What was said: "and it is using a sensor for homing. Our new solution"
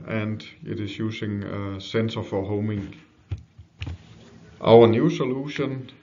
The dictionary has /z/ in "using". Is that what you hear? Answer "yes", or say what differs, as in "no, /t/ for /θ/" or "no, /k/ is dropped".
no, /s/ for /z/